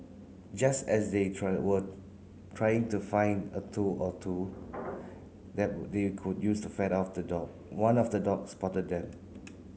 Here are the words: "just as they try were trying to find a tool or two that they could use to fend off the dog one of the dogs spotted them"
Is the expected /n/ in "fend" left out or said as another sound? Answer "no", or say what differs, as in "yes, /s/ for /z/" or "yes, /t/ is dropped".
yes, /n/ is dropped